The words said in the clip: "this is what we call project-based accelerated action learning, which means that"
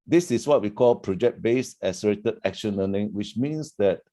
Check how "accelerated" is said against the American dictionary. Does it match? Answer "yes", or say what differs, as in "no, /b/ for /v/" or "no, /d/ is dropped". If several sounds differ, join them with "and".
no, /k/ is dropped